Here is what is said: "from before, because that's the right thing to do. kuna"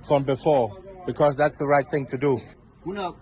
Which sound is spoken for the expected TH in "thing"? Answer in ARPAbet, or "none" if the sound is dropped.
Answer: TH